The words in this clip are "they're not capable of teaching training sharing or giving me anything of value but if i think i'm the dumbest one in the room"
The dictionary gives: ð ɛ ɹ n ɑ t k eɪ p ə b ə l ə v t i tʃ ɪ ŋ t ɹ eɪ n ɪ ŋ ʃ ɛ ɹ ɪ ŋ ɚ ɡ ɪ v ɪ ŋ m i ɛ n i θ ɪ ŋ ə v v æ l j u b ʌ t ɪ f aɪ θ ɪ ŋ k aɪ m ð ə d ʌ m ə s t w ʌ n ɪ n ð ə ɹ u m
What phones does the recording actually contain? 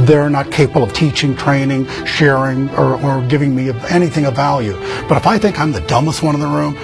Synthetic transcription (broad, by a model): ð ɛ ɹ n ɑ t k eɪ p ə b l ə v t i tʃ ɪ ŋ t ɹ eɪ n ɪ ŋ ʃ ɛ ɹ ɪ ŋ ɚ ɡ ɪ v ɪ ŋ m i ɛ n i θ ɪ ŋ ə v v æ l j u b ʌ t ɪ f aɪ θ ɪ ŋ k aɪ m ð ə d ʌ m ə s t w ʌ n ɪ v ð ə ɹ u m